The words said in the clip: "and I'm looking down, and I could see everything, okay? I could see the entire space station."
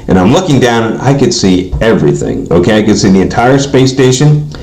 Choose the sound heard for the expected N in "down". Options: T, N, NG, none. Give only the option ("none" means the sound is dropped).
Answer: none